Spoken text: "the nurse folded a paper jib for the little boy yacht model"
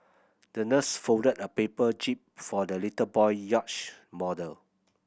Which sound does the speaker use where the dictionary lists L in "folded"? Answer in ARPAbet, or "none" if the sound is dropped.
none